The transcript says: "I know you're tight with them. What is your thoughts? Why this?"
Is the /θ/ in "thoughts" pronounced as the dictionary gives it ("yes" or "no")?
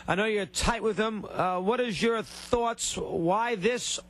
yes